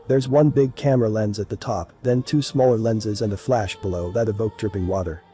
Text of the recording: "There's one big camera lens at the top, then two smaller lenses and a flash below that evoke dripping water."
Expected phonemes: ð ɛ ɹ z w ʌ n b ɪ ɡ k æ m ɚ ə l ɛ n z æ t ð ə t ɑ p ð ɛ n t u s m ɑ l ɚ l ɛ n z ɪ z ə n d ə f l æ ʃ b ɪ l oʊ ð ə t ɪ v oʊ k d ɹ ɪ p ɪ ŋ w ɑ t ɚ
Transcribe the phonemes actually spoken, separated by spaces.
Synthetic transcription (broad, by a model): ð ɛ ɹ z w ʌ n b ɪ ɡ k æ m ɚ ə l ɛ n z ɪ t ð ə t ɑ p ð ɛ n t u s m ɑ l ɚ l ɛ n z ɪ z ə n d ə f l æ ʃ b ɪ l oʊ ð ə t ɪ v oʊ k d ɹ ɪ p ɪ ŋ w ɑ t ɚ